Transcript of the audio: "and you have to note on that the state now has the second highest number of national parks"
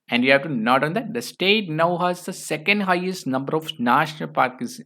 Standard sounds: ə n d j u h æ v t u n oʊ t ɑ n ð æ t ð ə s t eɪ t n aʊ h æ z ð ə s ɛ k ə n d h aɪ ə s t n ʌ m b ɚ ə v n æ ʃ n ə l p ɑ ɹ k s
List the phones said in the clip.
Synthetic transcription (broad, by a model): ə n d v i h æ v t u n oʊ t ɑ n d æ t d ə s t eɪ t n aʊ h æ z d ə s ɛ k ə n d h aɪ ə s t n ʌ m b ɚ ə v n æ ʃ n ə l p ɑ ɹ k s